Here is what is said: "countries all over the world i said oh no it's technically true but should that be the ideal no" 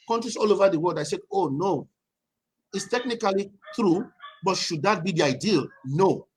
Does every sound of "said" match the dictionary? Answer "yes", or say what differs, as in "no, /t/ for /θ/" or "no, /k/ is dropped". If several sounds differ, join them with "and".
no, /d/ is dropped